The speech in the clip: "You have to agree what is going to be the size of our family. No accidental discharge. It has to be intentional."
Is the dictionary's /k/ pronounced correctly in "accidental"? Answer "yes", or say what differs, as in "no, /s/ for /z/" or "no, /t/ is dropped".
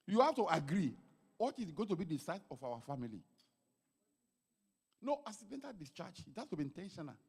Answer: no, /k/ is dropped